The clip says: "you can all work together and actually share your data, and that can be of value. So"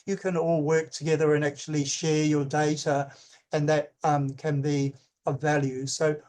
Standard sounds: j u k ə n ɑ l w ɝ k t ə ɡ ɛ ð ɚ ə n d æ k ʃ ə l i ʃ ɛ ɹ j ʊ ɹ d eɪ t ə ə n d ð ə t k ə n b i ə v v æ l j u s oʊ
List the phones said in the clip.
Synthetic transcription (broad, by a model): j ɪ k ə n ɑ l w ɝ k t ə ɡ ɛ ð ɚ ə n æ k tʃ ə l i ʃ ɛ ɹ j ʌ ɹ d eɪ t ə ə n ð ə t k ə n b i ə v v æ l j u s oʊ